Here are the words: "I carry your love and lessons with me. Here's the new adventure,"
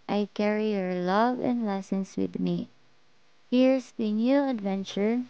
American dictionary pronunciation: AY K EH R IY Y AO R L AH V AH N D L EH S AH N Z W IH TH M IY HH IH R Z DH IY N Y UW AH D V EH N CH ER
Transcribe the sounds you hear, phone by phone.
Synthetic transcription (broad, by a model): AY K EH R IY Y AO R L AH V AH N D L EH S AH N S W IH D M IY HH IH R S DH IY N Y UW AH D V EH N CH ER